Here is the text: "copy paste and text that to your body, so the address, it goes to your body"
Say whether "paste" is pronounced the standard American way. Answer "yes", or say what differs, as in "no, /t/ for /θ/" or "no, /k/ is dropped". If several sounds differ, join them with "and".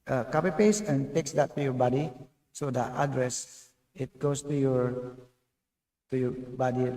no, /t/ is dropped